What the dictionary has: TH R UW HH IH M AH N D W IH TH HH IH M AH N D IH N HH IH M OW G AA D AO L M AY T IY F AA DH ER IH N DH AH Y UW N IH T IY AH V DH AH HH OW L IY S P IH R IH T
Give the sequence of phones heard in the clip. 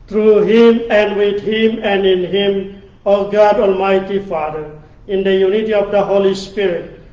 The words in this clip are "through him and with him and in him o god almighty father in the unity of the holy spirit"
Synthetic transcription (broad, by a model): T R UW HH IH M AH N D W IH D HH IH M AH N D IH N HH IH M OW G AA D AO L M AY T IY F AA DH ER IH N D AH Y UW N IH T IY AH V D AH HH OW L IY S P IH R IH T